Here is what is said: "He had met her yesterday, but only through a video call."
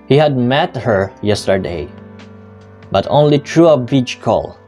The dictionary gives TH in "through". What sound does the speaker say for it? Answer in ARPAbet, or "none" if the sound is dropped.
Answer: T